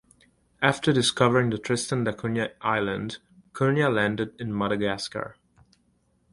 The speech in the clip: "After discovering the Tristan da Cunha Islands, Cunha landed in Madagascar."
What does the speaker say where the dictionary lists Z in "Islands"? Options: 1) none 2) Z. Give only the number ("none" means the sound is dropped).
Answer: 1